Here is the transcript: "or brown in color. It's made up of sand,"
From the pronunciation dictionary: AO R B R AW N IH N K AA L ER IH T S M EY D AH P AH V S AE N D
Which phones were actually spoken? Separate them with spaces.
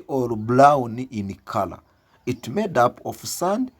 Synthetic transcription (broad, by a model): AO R B L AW N IH N K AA L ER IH T M EY D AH P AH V S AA N D